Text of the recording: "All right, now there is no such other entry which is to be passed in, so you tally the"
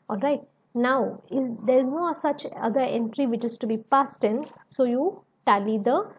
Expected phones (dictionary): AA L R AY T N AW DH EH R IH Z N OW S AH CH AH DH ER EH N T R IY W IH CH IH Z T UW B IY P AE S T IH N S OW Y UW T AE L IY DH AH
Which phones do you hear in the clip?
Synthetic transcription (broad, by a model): AA L R AY T N AW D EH R IH Z N OW S AH CH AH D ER EH N T R IY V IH CH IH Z T UW B IY P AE S T IH N S OW Y UW T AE L IY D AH